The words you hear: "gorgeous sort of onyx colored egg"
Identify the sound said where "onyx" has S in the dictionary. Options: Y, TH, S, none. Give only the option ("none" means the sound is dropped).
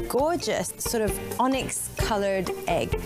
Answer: S